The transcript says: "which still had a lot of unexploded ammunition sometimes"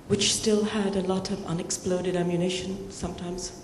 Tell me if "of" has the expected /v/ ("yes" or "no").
yes